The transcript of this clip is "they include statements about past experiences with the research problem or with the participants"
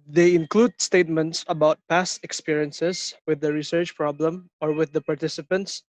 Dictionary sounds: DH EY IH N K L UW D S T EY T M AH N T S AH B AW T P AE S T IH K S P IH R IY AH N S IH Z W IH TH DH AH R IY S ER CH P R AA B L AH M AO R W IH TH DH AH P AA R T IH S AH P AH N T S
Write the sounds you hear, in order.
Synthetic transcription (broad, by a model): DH EY IH N K L UW D S T EY T M AH N T S AH B AW T P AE S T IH K S P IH R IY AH N S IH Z W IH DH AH R IY S ER CH P R AA B L AH M AO R W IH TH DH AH P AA R T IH S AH P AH N T S